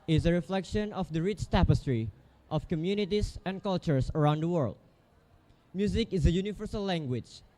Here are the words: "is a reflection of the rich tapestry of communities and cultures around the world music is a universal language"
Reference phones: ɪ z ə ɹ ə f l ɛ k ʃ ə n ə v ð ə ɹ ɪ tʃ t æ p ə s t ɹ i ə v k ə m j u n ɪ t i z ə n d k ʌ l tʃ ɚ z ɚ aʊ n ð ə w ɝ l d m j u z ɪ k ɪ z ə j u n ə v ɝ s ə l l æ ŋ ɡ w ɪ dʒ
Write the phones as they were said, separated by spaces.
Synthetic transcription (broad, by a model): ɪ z ə ɹ ə f l ɛ k ʃ ə n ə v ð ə ɹ ɪ tʃ t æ p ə s t ɹ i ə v k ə m j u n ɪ t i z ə n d k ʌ l tʃ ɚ s ɚ aʊ n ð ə w ɝ l d m j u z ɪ k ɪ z ə j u n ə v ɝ s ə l l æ ŋ ɡ w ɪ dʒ